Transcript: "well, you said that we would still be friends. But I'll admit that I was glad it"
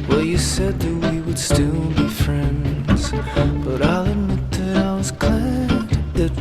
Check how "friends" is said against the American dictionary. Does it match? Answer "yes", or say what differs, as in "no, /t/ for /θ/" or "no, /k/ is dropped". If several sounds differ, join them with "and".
yes